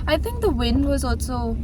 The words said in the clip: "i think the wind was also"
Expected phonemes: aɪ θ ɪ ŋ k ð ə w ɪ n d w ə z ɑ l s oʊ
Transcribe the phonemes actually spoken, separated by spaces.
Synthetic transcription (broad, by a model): aɪ θ ɪ ŋ k ð ə w ɪ n d w ə z ɑ l s oʊ